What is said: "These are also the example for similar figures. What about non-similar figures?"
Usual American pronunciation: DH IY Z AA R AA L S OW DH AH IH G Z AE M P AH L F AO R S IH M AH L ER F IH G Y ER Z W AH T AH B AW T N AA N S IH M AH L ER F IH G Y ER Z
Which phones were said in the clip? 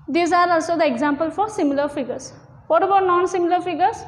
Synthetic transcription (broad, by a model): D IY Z AA R AA L S OW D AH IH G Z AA M P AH L F AO R S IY M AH L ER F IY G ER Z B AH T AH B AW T N AA N S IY M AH L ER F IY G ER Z